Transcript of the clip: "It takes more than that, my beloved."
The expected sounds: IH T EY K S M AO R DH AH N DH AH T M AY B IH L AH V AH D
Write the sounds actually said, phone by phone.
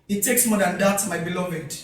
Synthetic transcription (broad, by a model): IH T EY K S M AO R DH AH N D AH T M AY B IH L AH V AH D